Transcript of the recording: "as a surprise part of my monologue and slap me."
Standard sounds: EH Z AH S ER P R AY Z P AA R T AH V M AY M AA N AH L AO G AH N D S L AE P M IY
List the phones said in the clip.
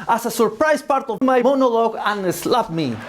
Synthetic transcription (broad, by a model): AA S AH S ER P R AY S P AA R T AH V M AY M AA N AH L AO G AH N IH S L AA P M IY